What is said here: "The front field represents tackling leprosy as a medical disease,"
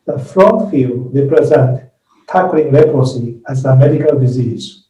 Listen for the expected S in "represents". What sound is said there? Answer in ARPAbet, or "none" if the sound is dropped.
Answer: none